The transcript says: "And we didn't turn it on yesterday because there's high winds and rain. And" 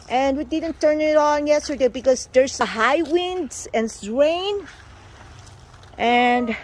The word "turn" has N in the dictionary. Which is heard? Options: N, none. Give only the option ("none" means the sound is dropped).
N